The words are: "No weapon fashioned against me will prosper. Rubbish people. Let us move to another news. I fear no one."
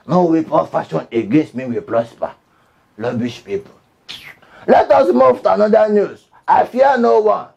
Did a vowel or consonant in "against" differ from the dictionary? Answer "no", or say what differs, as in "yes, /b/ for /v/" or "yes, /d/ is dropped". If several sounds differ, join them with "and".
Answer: no